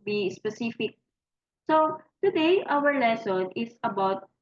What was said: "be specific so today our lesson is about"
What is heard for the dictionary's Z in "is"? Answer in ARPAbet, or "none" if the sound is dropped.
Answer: S